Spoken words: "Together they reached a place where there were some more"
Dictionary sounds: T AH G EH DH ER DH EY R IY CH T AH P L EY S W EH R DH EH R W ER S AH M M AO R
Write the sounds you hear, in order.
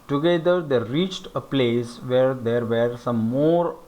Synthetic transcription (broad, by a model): T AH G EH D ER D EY R IY CH T AH P L EY S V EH R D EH R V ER S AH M M AO R